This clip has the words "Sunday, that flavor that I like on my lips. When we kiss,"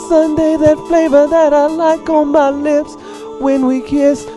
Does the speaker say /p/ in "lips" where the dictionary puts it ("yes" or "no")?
yes